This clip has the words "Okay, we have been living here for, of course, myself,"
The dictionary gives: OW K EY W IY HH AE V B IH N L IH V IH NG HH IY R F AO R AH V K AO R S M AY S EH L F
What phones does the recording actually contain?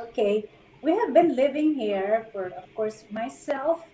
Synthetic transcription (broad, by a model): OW K EY W IY HH AE V B IH N L IH V IH NG HH IY R F AO R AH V K AO R S M AY S EH L F